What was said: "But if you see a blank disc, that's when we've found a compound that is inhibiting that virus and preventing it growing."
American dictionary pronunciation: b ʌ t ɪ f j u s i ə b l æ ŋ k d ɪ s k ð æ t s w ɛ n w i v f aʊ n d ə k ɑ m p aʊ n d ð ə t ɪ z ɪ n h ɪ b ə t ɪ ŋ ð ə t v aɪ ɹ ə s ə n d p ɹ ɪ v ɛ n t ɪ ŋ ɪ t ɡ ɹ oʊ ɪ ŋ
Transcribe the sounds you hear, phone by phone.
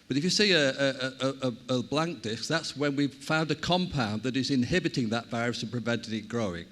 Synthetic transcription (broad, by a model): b ʌ t ɪ f j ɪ s i ə b l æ ŋ k d ɪ s k ð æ t s w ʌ n w i v f aʊ n d ə k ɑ m p aʊ n ð ə t ɪ z ɪ n h ɪ b ə t ɪ ŋ ð ə t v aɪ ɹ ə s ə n p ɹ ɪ v ɛ n t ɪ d ɪ t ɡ ɹ oʊ ɪ ŋ